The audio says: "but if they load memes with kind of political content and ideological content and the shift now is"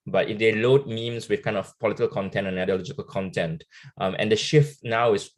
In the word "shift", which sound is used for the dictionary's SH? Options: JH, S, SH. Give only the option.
SH